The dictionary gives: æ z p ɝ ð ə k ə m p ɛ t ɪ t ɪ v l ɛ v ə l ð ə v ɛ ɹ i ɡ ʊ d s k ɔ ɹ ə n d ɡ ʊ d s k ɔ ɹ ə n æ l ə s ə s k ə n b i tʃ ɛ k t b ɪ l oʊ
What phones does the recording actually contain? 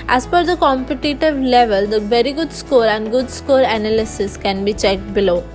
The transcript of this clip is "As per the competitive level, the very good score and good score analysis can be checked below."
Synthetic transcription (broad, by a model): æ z f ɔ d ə k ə m p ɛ t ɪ t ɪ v l ɛ v ə l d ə v ɛ ɹ i ɡ ʊ d s k ɔ ɹ ə n d ɡ ʊ d s k ɔ ɹ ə n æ l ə s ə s k ə n b i tʃ ɛ k t b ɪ l oʊ